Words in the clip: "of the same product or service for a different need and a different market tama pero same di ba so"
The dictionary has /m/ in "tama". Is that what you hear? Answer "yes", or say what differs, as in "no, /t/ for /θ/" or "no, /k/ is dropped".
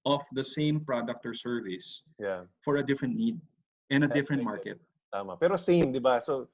yes